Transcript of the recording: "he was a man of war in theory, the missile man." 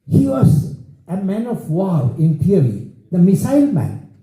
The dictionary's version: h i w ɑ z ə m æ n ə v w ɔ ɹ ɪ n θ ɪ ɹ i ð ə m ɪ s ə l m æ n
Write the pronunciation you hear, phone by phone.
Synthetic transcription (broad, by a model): h i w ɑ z ə m æ n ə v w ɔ l ɪ n t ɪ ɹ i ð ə m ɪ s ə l m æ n